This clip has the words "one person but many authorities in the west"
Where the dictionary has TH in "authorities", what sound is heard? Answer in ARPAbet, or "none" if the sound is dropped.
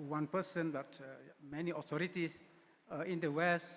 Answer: T